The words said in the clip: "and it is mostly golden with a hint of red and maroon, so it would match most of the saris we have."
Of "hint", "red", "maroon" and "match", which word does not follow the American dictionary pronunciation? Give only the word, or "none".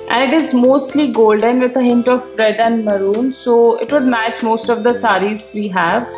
none